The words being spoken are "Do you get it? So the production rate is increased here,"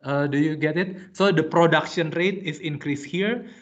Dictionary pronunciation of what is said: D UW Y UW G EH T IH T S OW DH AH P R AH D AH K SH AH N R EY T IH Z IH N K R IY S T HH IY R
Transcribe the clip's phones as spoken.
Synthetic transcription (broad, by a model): D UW Y UW G EH T IH T S OW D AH P R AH D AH K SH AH N R EY T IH S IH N K R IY S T HH IY R